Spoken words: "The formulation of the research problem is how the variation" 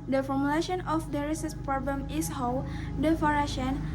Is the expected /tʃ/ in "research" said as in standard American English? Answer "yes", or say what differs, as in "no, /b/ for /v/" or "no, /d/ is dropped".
no, /s/ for /tʃ/